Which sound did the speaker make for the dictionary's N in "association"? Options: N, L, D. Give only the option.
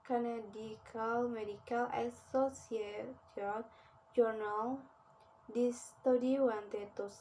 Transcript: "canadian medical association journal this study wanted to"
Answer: L